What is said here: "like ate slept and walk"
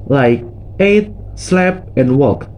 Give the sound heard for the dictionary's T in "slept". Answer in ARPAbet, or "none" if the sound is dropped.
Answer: none